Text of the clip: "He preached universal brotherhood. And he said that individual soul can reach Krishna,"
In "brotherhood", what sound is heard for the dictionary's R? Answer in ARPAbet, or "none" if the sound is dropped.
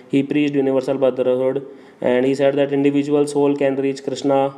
none